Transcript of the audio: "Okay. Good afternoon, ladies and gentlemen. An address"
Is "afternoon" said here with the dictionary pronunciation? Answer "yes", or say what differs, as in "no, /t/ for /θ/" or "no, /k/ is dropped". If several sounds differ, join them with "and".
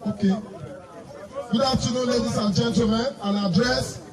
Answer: no, /f/ is dropped